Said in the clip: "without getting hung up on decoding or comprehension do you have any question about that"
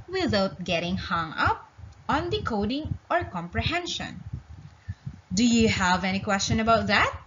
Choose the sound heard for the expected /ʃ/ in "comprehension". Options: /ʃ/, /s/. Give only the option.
/ʃ/